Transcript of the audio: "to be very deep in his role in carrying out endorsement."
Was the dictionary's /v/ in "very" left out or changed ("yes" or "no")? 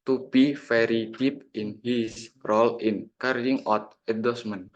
yes